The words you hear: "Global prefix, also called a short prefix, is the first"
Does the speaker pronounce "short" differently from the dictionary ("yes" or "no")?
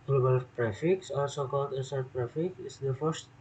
yes